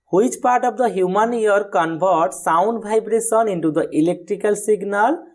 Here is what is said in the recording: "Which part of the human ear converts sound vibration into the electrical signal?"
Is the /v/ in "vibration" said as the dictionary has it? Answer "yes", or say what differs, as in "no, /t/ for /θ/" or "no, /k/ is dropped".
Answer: no, /b/ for /v/